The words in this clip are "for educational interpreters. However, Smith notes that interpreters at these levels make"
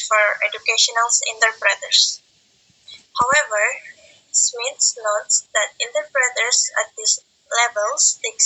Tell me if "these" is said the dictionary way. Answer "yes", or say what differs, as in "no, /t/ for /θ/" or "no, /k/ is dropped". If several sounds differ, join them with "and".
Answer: no, /s/ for /z/